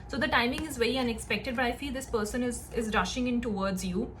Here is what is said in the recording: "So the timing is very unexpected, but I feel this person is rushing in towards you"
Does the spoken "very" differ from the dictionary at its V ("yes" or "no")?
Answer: no